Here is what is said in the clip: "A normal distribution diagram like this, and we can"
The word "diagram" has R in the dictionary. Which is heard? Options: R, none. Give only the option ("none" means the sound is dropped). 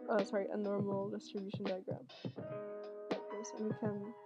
R